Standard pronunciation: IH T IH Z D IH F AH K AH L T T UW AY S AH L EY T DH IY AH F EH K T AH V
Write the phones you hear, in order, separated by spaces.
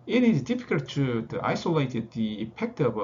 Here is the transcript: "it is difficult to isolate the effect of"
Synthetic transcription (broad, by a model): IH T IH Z D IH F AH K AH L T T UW AY S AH L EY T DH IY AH P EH K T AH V